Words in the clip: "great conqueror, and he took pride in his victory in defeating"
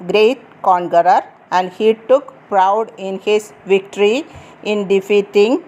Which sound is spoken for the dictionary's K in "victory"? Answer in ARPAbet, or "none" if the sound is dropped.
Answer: K